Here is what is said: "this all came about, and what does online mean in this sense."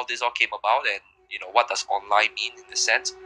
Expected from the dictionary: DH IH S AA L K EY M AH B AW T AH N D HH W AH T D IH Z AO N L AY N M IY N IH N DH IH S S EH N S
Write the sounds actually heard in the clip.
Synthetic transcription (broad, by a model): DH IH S AA L K EY M AH B AW T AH N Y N W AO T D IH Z AO N L AY N M IY N IH N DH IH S S EH N S